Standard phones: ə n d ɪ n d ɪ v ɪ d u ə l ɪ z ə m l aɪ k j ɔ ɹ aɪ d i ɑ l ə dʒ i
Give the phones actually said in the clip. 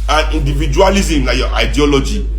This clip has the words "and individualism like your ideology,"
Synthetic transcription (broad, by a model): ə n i n d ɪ v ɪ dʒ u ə l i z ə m n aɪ j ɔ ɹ aɪ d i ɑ l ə dʒ i